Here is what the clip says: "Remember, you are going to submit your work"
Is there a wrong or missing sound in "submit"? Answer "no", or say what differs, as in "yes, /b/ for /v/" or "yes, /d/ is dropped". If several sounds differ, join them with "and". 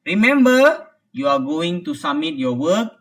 yes, /b/ is dropped